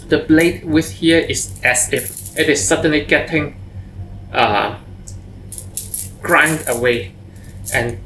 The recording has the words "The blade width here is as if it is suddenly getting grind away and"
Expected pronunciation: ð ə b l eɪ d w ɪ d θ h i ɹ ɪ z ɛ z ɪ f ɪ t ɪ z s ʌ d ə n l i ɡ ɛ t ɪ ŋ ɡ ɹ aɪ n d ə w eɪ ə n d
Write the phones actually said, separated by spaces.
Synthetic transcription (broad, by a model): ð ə b l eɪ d w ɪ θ h i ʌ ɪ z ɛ s ɪ f ɪ t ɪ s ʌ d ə n l i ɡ ɛ t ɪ ŋ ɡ ɹ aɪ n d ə w eɪ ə n